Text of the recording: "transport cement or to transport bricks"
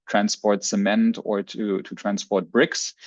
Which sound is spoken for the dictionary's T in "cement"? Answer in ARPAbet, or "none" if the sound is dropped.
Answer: T